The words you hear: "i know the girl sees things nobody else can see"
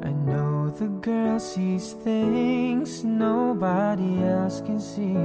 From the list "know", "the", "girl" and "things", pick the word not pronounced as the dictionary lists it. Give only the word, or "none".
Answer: none